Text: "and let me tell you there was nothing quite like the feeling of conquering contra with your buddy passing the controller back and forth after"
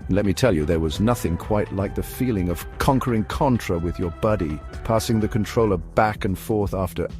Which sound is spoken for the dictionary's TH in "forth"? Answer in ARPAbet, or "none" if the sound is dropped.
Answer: TH